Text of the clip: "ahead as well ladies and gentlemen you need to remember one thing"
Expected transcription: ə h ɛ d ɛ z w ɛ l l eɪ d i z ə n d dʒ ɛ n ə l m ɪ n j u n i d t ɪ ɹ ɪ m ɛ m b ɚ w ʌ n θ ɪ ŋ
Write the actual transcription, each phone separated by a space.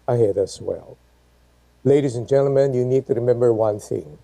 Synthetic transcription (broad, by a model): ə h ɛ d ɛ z w ɛ l l eɪ d i z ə n dʒ ɛ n l m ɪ n j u n i d t ɪ ɹ ɪ m ɛ m b ɚ w ʌ n θ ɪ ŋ